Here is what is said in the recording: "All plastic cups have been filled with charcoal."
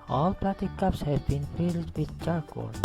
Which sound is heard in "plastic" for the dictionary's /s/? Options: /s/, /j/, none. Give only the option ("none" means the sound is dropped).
none